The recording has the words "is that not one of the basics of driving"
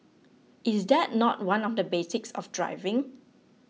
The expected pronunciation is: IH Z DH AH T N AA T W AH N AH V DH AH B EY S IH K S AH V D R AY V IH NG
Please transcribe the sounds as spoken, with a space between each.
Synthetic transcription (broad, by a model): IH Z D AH T N AA T W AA N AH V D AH B EY S IH K S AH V D R AY V IH NG